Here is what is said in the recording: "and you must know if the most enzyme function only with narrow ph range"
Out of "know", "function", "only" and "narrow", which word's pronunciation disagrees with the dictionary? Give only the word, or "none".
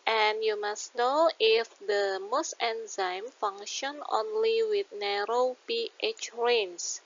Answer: function